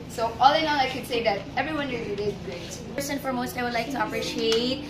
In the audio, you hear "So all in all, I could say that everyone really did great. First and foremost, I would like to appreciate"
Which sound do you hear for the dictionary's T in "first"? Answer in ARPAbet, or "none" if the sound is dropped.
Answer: none